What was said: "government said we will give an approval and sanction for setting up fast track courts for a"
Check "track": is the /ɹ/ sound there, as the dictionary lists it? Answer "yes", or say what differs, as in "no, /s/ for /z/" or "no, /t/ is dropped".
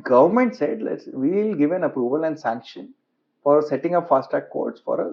no, /ɹ/ is dropped